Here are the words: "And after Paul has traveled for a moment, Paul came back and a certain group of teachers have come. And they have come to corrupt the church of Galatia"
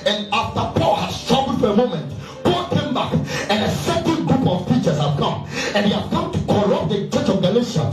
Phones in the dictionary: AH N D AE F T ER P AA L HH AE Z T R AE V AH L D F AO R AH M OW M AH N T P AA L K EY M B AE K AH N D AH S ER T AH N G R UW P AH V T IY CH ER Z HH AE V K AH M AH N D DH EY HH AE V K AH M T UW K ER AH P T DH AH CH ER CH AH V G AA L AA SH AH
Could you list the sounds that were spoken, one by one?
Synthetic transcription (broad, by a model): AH N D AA F T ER P AA L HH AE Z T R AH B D F AO R AH M OW M AH N T P AA L K EY M B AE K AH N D AH S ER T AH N G R UW P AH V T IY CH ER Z HH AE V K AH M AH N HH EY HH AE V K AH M T UW K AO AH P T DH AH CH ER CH AH V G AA L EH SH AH